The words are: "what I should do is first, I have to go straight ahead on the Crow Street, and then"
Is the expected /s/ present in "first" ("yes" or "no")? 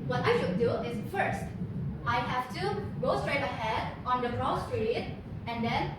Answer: yes